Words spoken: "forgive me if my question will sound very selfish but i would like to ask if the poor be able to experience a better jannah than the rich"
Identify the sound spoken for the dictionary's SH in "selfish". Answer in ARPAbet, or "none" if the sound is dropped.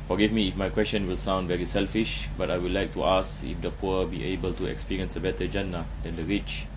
SH